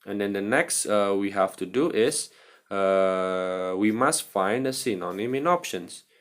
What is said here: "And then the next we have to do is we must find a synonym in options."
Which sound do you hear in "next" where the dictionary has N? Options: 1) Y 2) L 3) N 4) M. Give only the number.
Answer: 3